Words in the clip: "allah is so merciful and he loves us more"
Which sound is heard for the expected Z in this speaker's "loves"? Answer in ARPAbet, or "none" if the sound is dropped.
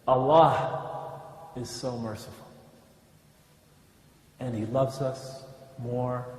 Z